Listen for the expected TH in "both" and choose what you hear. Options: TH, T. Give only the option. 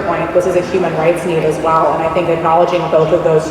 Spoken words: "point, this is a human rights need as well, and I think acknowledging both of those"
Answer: TH